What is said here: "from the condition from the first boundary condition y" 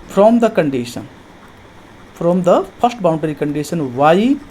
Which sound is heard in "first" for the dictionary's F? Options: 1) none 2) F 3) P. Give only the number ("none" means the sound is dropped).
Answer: 3